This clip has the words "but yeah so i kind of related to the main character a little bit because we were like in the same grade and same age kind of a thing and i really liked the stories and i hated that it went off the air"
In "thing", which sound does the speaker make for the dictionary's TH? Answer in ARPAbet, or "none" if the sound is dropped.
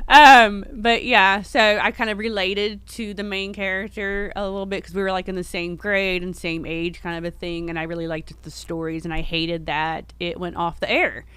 TH